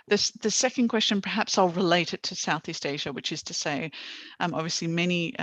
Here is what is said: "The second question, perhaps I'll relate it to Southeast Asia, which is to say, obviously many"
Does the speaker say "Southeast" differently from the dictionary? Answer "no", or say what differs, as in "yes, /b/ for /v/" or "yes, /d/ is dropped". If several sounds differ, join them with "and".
no